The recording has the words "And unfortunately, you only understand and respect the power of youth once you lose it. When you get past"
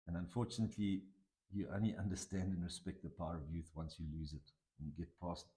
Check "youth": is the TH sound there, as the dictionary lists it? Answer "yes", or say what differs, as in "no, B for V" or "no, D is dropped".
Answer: yes